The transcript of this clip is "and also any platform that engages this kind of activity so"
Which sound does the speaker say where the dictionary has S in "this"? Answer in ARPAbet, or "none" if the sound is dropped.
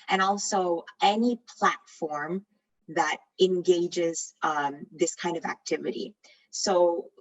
S